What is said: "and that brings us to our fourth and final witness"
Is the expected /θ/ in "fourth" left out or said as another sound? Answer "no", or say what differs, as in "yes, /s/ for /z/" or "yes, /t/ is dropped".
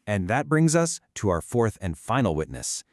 no